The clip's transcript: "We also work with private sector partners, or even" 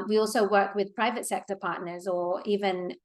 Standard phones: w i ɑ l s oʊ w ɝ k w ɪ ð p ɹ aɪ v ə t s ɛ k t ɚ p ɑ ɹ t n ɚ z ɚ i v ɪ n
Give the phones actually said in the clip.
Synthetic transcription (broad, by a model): w i ɑ l s oʊ w ɝ k w ɪ ð p ɹ aɪ v ə t s ɛ k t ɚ p ɑ ɹ t n ɚ z ɚ i v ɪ n